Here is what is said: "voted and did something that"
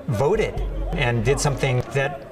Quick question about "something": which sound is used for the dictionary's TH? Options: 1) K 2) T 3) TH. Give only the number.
3